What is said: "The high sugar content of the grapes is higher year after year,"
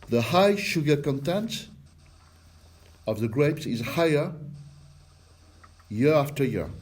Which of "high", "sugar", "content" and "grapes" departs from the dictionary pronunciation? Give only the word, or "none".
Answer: none